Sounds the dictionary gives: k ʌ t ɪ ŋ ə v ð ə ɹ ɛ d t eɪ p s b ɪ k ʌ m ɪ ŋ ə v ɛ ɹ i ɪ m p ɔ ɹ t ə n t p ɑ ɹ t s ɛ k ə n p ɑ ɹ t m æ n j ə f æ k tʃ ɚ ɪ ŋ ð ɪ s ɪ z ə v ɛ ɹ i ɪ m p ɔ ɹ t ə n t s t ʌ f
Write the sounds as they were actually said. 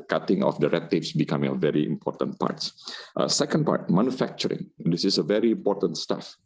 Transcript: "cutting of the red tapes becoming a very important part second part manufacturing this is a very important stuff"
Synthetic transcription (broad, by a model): k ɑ t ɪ ŋ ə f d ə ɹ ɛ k t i f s b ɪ k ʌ m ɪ ŋ ə v ɛ ɹ i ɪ m p ɔ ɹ t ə n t p ɑ ɹ t s ɛ k ə n p ɑ ɹ t m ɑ n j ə f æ k tʃ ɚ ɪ ŋ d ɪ s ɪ s ə v ɛ ɹ i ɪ m p ɔ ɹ t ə n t s t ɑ f